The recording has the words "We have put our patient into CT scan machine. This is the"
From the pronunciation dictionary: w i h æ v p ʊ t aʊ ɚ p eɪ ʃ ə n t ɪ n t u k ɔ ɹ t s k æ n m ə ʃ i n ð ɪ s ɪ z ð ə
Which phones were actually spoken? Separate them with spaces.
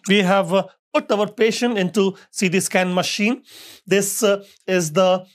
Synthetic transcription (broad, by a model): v i h æ v p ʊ t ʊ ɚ p eɪ ʃ ə n t ɪ n t u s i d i s k æ n m ə ʃ i n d ɪ s ɪ z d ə